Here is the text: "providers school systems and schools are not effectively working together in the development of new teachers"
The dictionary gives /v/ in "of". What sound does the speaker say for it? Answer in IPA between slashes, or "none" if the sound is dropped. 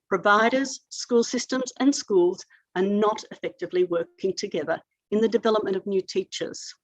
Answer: /v/